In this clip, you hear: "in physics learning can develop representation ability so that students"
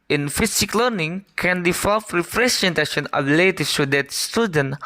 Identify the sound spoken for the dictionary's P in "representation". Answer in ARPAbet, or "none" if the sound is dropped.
F